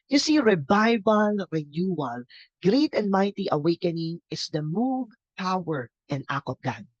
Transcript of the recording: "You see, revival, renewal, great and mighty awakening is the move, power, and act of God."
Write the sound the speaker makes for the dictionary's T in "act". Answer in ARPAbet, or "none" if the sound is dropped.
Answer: none